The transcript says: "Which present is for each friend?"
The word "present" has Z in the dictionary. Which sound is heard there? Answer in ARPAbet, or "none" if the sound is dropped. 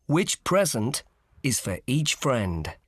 Z